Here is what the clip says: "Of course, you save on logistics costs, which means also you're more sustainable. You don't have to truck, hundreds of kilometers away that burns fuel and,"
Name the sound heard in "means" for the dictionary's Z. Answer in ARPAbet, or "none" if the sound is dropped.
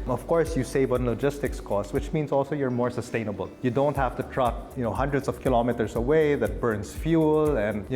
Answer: S